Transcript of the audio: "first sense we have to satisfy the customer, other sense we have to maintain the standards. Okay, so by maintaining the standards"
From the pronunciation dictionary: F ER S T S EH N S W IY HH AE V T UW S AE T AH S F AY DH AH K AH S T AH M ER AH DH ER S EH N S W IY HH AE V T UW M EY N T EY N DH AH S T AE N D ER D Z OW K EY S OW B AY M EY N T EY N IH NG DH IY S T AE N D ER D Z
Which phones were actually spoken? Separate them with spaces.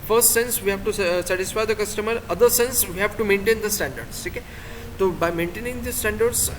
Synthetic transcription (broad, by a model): F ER S T S EH N S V IY HH AE V T UW S AE T AH S F AY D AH K AH S T AH M ER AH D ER S EH N S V IY HH AE V T UW M EY N T EY N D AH S T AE N D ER D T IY K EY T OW B AY M EY N T EY N IH NG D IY S T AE N D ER D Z